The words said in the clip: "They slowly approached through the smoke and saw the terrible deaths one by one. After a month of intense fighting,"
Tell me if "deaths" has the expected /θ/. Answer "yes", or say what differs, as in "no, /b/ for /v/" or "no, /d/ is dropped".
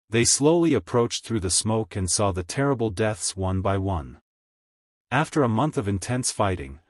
yes